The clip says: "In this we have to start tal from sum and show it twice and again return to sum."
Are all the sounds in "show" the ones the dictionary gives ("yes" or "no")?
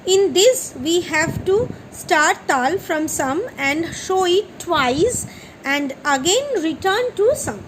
yes